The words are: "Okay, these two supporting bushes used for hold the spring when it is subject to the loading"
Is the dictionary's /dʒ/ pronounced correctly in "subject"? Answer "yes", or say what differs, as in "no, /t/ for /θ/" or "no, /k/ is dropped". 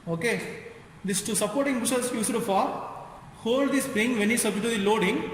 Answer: no, /dʒ/ is dropped